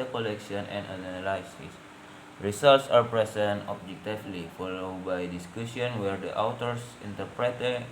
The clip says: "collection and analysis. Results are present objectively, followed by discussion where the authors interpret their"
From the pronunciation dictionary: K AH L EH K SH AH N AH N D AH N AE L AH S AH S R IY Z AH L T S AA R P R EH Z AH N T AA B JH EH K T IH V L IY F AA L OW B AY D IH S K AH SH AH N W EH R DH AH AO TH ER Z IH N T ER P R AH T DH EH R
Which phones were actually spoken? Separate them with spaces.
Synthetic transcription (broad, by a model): K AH L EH K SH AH N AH N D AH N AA L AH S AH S R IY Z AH L T S AA R P R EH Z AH N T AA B JH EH K T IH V L IY F AA L OW B AY D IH S K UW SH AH N W EH R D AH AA T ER S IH N T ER P R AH T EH